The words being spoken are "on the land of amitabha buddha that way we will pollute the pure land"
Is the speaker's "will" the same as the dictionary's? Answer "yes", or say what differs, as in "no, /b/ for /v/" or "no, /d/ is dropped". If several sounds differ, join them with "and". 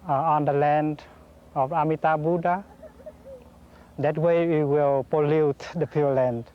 yes